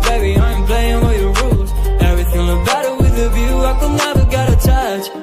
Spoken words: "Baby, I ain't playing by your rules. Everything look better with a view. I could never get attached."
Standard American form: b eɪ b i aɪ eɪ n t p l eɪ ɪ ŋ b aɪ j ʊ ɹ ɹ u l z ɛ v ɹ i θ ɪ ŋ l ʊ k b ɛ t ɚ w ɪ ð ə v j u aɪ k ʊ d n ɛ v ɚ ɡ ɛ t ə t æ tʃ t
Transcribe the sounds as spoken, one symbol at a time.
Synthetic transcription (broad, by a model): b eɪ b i aɪ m p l eɪ ɪ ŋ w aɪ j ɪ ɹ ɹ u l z ɛ v ɹ i θ ɪ ŋ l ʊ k b ɛ t ɚ w ɪ ð ə v j u aɪ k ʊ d n ɛ v ɚ ɡ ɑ t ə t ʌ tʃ